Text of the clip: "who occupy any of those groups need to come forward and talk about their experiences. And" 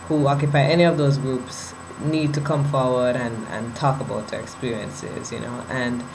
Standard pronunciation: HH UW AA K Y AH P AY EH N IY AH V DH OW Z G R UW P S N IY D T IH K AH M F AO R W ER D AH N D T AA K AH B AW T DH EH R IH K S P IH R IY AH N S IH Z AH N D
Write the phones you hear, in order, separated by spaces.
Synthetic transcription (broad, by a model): HH UW AA K Y AH P AY EH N IY AH V DH OW Z G R UW P S N IY D T IH K AH M F AO R W ER D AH N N T AA K AH B AW T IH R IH K S P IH R IY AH N S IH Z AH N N